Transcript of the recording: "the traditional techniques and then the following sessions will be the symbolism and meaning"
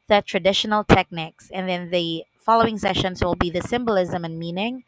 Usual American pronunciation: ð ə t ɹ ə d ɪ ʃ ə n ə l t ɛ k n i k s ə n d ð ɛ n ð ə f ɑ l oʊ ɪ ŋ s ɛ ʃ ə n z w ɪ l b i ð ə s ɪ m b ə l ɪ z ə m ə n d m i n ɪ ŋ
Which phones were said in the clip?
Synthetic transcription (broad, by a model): ð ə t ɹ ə d ɪ ʃ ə n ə l t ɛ k n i k s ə n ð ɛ n ð ə f ɑ l oʊ ɪ ŋ s ɛ ʃ ə n z w ɪ l b i ð ə s ɪ m b ə l ɪ z ə m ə n m i n ɪ ŋ